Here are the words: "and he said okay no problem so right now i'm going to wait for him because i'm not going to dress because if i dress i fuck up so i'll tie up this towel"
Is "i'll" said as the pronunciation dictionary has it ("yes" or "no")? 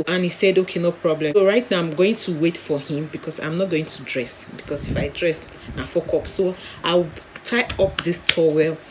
no